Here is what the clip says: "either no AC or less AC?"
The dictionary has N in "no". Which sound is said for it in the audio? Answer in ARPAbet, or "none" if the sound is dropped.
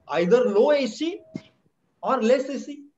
L